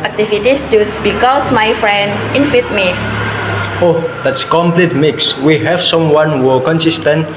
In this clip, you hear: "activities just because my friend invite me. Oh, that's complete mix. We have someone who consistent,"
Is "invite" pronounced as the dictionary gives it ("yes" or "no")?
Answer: no